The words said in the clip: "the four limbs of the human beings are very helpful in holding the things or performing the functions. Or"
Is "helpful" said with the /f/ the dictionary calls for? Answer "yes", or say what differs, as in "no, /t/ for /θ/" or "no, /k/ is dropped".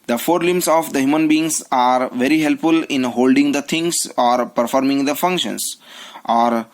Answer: yes